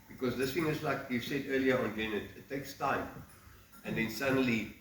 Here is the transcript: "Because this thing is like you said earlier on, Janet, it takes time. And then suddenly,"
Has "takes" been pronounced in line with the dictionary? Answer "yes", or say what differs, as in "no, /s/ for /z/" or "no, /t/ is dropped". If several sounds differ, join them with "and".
yes